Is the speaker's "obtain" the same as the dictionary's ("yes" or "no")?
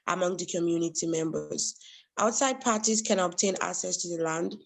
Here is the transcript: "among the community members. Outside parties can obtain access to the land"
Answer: yes